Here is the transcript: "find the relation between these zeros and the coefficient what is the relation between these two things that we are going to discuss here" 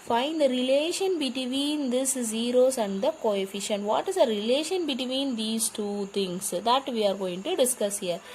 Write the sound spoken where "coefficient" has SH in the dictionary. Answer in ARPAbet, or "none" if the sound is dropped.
SH